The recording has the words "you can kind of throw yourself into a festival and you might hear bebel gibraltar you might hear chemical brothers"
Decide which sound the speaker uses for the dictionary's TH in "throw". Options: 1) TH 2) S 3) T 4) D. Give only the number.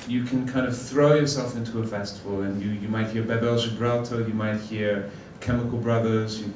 1